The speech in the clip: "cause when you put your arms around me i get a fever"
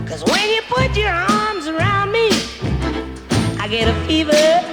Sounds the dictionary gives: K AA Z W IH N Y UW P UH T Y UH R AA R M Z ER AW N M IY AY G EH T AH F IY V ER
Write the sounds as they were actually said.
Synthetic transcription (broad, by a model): K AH Z W IH N Y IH P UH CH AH R AA R M Z ER AW N M IY AY G EH T AH F IY V ER